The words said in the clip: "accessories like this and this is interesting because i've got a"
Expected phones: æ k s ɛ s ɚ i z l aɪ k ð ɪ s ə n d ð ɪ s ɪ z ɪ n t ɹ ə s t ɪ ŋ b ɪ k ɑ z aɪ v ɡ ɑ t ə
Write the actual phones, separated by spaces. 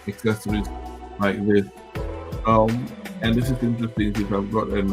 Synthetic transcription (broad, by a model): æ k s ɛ s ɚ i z l aɪ k ð ɪ s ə n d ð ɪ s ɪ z ɪ n t ɹ ə s t ɪ ŋ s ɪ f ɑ ɪ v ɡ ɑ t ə